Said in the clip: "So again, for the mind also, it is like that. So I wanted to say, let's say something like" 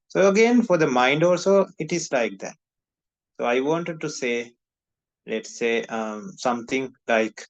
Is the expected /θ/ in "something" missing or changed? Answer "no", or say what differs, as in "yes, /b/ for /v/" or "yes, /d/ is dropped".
yes, /t/ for /θ/